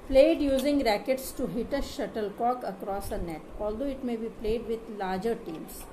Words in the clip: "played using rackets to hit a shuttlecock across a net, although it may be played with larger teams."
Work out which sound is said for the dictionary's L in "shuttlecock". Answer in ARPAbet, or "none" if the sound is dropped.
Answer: L